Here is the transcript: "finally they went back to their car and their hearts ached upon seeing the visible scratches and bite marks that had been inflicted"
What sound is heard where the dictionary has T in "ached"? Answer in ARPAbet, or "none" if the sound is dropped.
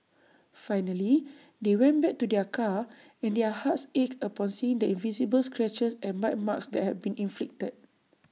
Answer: none